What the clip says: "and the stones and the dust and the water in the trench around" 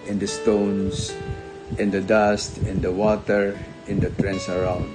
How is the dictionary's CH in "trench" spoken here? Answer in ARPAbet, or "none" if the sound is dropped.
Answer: S